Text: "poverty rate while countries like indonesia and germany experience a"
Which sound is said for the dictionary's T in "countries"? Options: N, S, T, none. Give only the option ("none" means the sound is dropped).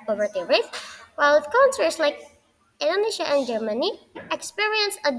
S